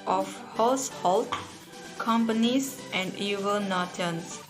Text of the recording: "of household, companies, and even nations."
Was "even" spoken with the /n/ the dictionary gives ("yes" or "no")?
no